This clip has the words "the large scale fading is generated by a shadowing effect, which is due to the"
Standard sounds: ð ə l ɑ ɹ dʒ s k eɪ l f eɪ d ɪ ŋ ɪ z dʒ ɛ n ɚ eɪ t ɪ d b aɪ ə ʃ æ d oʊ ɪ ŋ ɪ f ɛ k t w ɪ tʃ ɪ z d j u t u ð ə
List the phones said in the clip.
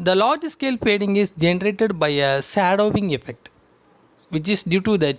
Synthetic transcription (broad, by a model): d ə l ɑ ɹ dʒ s k eɪ l p eɪ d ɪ ŋ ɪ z dʒ ɛ n ɚ eɪ t ɪ d b aɪ ə s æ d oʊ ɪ ŋ ɪ f ɛ k t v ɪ tʃ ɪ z d j u t u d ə